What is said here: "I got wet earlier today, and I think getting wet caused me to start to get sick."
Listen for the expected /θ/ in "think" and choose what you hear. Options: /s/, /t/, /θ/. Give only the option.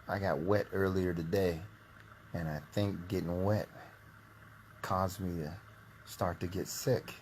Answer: /θ/